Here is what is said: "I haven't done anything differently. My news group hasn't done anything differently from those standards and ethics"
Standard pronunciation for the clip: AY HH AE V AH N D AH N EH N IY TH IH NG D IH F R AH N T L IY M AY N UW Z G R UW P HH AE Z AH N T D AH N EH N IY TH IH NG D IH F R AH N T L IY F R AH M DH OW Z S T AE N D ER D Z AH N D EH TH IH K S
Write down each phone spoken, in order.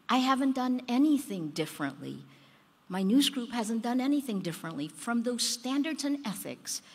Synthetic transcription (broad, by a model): AY HH AE V AH N D AH N EH N IY TH IH NG D IH F R AH N T L IY M AY N UW Z G R UW P HH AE Z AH N D AH N EH N IY TH IH NG D IH F R AH N T L IY F R AH M DH OW Z S T AE N D ER D Z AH N EH TH IH K S